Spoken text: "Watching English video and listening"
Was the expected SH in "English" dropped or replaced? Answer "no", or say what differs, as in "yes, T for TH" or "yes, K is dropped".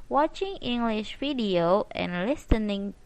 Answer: no